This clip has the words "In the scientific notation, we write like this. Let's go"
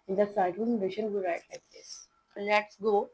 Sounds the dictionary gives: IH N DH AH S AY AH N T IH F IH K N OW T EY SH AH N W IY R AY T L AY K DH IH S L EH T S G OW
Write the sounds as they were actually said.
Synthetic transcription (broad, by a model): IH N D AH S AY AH T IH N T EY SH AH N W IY R AY T L AY K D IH S L EH T S G OW